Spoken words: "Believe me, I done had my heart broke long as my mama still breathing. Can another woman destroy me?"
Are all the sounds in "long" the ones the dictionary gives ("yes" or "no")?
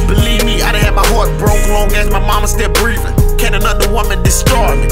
no